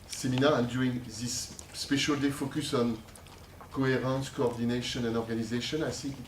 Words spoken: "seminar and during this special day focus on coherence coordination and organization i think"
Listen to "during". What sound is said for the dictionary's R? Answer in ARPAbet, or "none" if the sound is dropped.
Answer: none